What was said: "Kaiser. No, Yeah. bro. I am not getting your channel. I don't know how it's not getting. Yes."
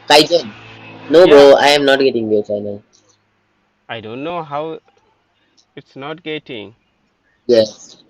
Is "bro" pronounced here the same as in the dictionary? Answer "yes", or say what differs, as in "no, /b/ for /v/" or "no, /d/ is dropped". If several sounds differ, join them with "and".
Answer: no, /ɹ/ is dropped